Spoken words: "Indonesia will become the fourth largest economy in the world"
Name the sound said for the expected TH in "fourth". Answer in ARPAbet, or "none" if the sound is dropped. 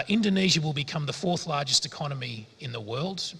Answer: TH